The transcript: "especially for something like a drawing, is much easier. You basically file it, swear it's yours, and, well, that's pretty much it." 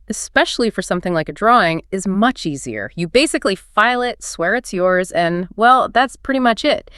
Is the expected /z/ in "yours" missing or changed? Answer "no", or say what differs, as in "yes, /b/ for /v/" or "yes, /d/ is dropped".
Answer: no